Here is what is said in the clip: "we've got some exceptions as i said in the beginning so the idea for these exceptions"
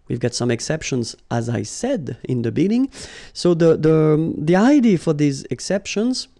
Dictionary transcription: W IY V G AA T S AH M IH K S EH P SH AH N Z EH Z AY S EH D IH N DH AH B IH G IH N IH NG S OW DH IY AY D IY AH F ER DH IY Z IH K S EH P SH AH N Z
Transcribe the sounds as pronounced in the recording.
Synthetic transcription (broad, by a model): W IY V G AA T S AH M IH K S EH P SH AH N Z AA Z AY S EH D IH N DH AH B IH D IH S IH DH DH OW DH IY AY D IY F ER DH IY Z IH K S EH P SH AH N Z